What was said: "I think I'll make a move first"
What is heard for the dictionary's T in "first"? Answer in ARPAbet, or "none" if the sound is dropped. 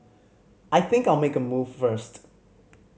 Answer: T